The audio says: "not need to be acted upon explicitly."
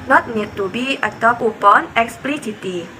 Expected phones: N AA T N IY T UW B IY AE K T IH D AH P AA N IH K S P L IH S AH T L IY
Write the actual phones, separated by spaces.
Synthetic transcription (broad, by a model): N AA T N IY T UW B IY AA T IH AH P AA N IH K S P L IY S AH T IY